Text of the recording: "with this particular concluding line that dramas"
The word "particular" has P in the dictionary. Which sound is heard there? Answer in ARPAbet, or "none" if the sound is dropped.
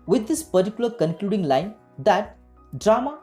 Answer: P